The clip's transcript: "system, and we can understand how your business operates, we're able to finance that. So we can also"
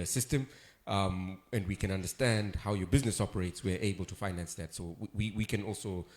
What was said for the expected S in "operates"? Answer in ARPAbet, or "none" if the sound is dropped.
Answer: S